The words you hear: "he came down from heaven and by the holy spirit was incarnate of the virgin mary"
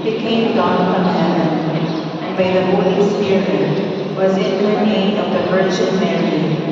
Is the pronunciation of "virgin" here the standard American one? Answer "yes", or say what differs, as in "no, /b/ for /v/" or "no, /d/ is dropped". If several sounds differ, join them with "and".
no, /tʃ/ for /dʒ/ and /l/ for /n/